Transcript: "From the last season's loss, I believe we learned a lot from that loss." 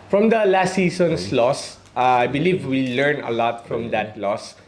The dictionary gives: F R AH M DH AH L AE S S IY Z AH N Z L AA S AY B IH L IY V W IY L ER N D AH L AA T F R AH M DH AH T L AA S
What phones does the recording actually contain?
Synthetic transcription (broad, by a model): F R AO M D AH L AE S S IY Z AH N S L AA S AY B IH L IY V W IY L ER N AH L AA T F R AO M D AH T L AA S